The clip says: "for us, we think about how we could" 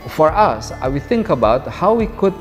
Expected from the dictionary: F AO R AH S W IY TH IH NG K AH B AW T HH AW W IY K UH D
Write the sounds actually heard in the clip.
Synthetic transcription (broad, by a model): F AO R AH S W IY TH IH NG K AH B AW T HH AW W IY K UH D